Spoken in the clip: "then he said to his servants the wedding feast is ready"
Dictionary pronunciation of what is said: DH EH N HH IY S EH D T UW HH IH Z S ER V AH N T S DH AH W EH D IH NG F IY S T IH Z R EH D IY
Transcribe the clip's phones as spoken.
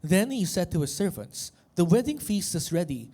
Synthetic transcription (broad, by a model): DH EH N HH IY S EH D T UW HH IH S ER V AH N T S DH AH W EH D IH NG F IY S T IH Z R EH D IY